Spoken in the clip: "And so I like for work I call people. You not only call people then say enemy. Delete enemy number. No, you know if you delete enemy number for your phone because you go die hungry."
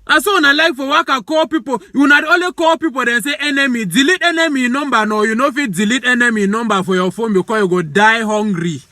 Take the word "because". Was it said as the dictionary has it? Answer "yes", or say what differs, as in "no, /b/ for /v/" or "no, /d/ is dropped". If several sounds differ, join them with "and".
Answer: no, /z/ is dropped